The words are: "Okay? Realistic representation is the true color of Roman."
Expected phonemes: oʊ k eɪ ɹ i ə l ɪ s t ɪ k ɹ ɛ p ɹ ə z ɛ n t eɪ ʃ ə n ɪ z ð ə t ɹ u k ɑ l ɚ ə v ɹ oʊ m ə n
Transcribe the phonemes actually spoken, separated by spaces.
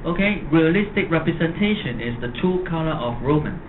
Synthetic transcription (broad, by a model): oʊ k eɪ ɹ i ə l ɪ s t ɪ k ɹ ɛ p ɹ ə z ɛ n t eɪ ʃ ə n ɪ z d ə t u k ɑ l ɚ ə f ɹ oʊ m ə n